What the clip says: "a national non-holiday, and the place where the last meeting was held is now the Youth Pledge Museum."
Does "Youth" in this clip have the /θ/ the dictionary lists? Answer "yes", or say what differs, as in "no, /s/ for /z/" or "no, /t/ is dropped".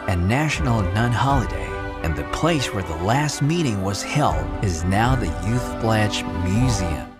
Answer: yes